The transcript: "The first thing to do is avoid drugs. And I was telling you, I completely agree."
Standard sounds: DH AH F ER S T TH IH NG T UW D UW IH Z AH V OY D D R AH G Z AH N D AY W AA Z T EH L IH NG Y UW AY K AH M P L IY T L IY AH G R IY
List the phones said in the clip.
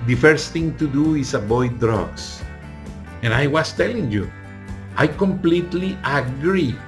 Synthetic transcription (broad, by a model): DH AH F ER S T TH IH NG T UW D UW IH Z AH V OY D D R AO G S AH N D AY W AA S T EH L IH NG Y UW AY K AH M P L IY T L IY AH G R IY